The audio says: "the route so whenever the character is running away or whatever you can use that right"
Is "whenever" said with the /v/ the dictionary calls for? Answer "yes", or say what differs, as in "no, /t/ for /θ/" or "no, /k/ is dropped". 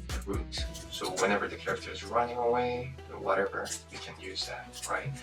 yes